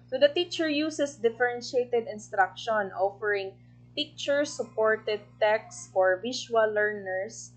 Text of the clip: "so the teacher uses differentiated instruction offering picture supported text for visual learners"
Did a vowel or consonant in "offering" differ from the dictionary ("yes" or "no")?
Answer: no